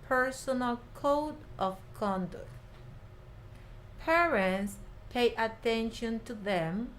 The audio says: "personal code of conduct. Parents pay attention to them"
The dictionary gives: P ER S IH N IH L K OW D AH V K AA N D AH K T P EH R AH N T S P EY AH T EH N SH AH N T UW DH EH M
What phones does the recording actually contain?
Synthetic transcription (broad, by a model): P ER S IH N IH L K OW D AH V K AA N D AH K T P EH R AH N T S P EY AH T EH N SH AH N T UW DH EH M